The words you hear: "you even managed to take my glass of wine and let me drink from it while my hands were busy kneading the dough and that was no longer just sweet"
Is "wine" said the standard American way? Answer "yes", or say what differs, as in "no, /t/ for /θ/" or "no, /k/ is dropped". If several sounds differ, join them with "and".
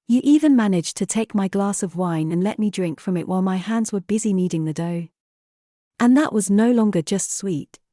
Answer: yes